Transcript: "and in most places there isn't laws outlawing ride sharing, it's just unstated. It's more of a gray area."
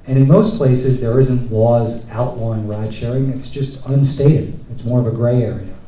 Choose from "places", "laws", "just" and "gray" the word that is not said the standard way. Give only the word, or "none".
none